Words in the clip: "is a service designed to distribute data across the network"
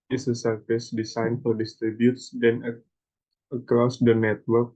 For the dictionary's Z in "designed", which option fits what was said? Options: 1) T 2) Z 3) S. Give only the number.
3